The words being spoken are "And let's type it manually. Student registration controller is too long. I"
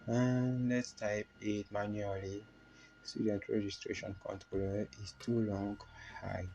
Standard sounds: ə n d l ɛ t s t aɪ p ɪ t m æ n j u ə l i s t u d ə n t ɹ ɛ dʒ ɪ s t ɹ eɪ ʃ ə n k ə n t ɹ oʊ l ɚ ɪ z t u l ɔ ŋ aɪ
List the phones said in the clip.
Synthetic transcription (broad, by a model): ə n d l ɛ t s t aɪ p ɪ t m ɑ n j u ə l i s t u d ə n t ɹ ɛ dʒ ɪ s t ɹ eɪ ʃ ə n k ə n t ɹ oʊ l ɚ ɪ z t u l ɔ ŋ aɪ